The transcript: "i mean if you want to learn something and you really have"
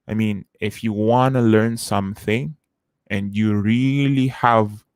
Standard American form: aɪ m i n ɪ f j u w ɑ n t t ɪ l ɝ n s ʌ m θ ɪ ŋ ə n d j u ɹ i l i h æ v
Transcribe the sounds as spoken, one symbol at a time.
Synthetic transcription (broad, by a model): aɪ m i n ɪ f j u w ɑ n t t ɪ l ɝ n s ʌ m θ ɪ ŋ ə n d j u ɹ i l i h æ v